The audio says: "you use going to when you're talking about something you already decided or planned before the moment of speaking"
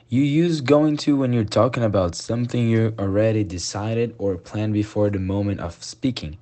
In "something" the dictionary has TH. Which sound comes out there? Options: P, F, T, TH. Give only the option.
TH